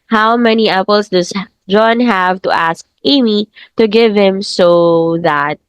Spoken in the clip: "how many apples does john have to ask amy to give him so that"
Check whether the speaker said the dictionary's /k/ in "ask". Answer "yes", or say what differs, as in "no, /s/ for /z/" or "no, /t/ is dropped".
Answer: yes